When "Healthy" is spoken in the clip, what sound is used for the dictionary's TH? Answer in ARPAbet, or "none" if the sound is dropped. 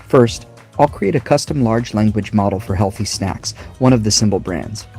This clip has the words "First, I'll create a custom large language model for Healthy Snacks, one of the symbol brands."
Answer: TH